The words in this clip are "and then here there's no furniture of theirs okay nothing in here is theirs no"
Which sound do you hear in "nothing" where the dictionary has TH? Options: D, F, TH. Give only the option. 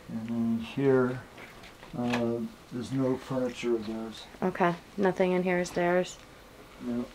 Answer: TH